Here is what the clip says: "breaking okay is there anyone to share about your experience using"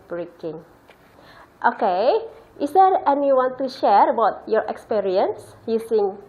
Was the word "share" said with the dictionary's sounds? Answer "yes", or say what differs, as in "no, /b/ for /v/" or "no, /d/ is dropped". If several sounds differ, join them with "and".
yes